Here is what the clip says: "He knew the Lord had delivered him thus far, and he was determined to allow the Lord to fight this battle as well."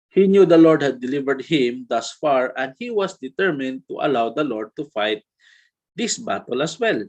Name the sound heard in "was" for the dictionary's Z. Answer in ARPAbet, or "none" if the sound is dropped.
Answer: S